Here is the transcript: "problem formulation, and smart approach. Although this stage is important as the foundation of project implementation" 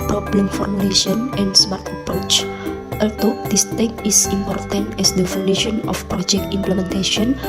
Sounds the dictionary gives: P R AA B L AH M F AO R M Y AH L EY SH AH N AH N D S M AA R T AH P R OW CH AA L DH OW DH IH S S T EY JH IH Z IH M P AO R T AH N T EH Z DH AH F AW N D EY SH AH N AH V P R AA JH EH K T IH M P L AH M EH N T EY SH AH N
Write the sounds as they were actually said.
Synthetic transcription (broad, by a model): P R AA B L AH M F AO W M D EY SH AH N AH N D S M AA R T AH P R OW CH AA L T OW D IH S S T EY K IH S IH M P AO R T AH N T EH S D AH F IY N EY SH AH N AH F P R AA JH EH K T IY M P L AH M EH N T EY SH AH N